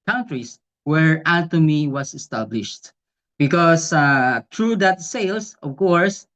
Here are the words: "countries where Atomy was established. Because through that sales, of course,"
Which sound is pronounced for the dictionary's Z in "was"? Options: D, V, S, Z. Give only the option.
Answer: S